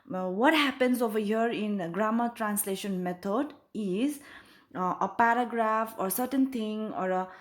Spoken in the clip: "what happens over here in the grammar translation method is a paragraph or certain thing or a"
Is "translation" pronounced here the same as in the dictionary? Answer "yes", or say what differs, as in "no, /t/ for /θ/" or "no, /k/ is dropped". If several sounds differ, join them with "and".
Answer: yes